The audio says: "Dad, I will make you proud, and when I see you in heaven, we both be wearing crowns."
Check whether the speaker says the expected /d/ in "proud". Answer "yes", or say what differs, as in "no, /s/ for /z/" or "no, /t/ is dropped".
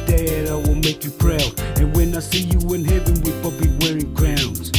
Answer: no, /d/ is dropped